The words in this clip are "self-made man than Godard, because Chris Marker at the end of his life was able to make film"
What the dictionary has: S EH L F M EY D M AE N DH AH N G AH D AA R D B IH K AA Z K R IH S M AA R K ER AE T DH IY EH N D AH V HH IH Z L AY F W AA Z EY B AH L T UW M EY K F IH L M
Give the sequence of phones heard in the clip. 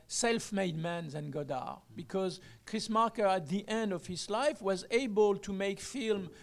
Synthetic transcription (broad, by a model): S EH L F M EY D M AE N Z N G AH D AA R B IH K AA Z K R IH S M AA R K ER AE T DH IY EH N D AH V HH IH Z L AY F W AA Z EY B AH L T UW M EY K F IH L M